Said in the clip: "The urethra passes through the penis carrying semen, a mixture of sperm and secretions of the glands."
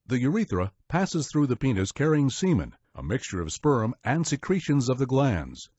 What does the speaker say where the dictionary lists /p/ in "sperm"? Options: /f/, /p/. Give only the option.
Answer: /p/